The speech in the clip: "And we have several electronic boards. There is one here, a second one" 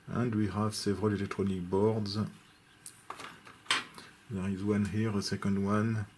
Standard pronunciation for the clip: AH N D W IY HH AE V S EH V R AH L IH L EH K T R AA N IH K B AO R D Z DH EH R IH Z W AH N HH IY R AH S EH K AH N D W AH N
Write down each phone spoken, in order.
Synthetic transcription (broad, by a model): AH N D W IY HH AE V S EH V R AH L IH L EH K T R AA N IH K B AO R D Z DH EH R IH Z W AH N HH IY R AH S EH K AH N D W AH N